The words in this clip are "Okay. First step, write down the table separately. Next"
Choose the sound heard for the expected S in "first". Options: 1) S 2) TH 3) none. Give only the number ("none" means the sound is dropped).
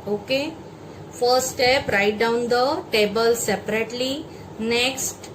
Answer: 3